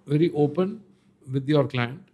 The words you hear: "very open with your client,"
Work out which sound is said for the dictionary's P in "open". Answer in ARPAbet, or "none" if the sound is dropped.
P